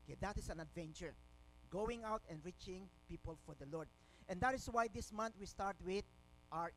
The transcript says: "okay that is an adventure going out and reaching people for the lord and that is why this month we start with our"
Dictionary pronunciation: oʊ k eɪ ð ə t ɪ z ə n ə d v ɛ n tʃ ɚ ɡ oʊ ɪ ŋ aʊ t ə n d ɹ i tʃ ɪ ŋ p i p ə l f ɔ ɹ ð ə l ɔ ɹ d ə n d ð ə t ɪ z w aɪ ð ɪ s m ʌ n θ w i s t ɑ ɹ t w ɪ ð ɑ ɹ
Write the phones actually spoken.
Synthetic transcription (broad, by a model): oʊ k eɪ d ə t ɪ s ə n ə d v ɛ n tʃ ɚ ɡ oʊ ɪ ŋ aʊ t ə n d ɹ i tʃ ɪ ŋ p i p ə l f ɔ ɹ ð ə l ɔ ɹ d ə n d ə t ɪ s w aɪ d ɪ s m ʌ n t w i s t ɑ ɹ t w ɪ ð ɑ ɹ